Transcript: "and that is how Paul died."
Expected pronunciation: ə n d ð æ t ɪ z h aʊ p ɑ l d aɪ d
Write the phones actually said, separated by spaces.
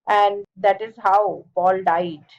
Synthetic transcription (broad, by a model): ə n d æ t ɪ z h aʊ b ɑ l d aɪ d